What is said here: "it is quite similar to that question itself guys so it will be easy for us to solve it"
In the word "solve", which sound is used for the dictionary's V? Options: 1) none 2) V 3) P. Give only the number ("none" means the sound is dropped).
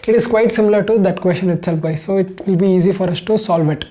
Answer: 2